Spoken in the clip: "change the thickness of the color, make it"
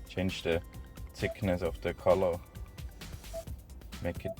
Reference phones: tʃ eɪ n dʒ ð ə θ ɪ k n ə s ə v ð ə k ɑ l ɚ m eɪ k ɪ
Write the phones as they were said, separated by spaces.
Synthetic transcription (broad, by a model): tʃ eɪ n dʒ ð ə s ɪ k n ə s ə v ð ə k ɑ l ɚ m eɪ k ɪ